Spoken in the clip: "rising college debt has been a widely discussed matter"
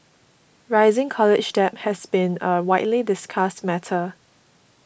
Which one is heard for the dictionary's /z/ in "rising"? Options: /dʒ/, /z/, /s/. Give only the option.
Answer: /z/